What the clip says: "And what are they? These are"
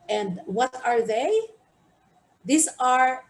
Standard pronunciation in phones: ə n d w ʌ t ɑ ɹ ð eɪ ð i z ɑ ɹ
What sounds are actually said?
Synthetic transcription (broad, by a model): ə n d w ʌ t ɑ ɹ ð eɪ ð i s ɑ ɹ